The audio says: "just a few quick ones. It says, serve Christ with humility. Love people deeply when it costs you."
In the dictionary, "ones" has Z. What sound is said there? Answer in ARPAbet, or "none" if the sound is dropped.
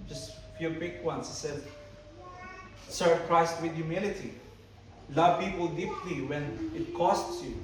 S